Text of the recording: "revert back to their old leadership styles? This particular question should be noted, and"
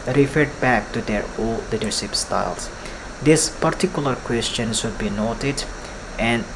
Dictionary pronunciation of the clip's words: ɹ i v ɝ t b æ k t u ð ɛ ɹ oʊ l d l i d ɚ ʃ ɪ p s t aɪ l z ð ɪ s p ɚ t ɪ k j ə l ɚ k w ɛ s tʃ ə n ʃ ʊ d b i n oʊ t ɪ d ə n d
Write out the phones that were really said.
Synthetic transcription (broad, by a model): ɹ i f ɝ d b æ k t u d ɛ ɹ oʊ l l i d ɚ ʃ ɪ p s t aɪ l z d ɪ s p ɚ t ɪ k j ə l ɚ k w ɛ s tʃ ə n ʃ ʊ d b i n oʊ t ɪ d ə n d